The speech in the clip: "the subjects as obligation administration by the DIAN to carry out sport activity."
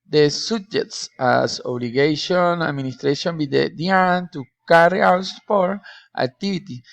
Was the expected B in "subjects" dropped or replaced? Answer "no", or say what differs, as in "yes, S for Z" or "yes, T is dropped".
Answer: yes, B is dropped